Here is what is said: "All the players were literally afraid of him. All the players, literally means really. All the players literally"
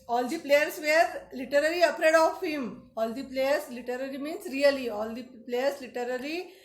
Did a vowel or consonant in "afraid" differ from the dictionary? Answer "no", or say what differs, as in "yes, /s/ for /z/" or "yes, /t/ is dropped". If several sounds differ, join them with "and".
yes, /p/ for /f/